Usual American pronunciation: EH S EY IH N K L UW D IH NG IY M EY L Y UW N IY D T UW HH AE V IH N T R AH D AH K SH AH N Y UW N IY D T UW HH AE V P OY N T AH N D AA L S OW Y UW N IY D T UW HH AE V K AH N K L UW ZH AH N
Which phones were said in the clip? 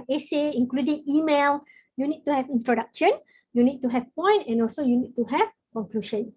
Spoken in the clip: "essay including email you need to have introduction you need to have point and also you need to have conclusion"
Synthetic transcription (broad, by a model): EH S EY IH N K L UW D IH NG IY M EY L Y UW N IY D T UW HH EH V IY N T R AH D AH K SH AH N Y UW N IY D T UW HH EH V P OY N T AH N AA L S OW Y UW N IY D T UW HH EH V K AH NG K L UW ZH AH N